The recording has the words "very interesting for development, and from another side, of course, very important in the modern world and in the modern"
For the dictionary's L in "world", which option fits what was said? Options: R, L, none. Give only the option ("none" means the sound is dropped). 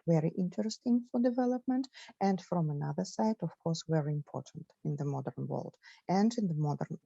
L